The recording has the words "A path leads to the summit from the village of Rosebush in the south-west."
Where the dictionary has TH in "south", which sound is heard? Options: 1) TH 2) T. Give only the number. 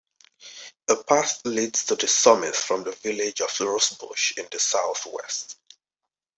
1